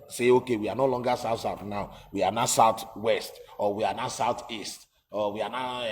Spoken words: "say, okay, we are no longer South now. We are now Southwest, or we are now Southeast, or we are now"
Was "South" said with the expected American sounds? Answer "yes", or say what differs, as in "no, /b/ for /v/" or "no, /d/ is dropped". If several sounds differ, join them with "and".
no, /s/ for /θ/